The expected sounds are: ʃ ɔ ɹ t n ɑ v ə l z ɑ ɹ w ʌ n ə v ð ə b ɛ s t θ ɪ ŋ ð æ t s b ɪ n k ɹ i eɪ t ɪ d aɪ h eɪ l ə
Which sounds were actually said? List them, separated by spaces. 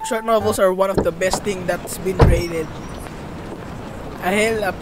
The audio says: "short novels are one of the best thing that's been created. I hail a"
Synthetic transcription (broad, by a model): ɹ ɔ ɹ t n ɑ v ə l s ɑ ɹ w ʌ n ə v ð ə b ɛ s t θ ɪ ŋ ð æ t s b ɪ n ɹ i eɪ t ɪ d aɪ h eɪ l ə